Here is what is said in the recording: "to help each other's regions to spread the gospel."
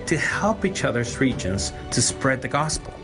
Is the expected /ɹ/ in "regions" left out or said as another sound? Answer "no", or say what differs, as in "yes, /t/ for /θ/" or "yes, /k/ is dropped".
no